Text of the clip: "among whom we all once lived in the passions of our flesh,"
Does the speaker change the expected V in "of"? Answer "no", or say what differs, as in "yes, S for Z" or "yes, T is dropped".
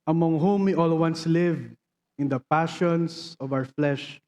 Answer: no